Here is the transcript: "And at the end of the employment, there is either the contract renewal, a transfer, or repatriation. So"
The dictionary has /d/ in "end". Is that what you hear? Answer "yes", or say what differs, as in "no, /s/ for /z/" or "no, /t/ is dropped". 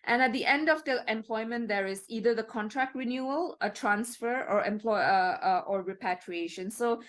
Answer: yes